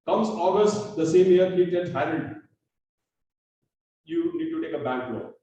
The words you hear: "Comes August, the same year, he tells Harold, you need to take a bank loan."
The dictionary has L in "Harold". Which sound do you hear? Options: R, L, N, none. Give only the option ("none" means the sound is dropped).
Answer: none